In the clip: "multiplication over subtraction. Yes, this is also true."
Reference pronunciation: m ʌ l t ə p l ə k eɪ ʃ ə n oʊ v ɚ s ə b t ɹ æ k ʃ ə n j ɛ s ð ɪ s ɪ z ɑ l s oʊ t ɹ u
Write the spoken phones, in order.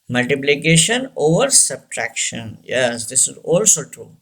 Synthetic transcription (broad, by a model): m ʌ l t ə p l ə k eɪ ʃ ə n oʊ v ɚ s ə b t ɹ æ k ʃ ə n j ɛ s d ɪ s ɪ z ɑ l s oʊ t ɹ u